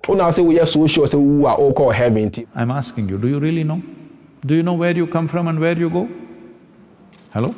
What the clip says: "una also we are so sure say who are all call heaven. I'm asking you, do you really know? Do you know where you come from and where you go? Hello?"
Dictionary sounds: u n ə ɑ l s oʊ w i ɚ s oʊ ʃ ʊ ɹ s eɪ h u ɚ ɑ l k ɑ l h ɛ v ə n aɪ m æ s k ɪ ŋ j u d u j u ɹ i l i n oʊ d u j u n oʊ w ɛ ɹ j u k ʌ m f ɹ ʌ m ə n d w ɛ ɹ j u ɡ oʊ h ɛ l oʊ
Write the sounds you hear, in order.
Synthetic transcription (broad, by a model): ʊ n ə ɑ s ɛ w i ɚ s oʊ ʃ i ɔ s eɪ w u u ɑ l k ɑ h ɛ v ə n aɪ m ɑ s k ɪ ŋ j u d u j u ɹ i l i n oʊ d u j u n oʊ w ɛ ɹ j u k ʌ m f ɹ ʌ m ə n d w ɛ ɹ j u ɡ oʊ h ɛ l oʊ